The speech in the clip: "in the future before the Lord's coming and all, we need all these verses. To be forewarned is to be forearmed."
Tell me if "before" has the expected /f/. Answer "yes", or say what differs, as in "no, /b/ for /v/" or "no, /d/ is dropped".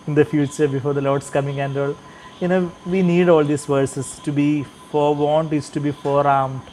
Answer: yes